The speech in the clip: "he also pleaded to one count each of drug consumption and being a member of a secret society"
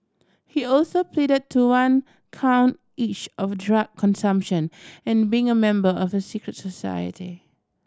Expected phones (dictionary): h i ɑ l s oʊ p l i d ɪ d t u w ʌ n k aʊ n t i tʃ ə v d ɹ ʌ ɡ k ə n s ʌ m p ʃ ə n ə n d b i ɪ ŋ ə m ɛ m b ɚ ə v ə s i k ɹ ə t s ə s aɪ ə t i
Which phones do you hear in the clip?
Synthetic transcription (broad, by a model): h i ɑ l s oʊ p l i d ɪ d t u w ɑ n k aʊ n t i tʃ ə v d ɹ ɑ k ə n s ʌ m p ʃ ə n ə n b i ɪ ŋ ə m ɛ m b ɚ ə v ə s i k ɹ ə t s ə s aɪ ə t i